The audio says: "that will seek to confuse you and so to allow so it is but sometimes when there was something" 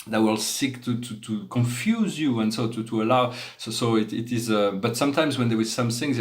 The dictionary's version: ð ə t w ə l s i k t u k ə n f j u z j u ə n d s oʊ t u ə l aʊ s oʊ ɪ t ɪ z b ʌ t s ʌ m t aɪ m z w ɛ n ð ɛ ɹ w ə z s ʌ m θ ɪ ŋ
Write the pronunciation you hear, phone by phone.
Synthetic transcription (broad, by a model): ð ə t w ə l s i k t u k ə n f j u z j u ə n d s oʊ t u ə l aʊ s oʊ ɪ t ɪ z b ʌ t s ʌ m t aɪ m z w ɛ n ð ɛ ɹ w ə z s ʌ m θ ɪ ŋ